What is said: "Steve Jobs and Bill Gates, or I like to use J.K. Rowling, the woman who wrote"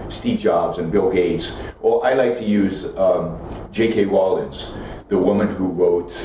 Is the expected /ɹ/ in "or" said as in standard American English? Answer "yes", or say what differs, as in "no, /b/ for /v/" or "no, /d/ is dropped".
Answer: no, /l/ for /ɹ/